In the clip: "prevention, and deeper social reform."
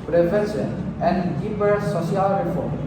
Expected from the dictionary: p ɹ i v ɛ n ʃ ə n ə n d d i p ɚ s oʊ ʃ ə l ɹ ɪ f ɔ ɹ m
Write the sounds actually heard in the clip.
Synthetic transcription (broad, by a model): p ɹ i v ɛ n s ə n ə n d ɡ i b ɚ s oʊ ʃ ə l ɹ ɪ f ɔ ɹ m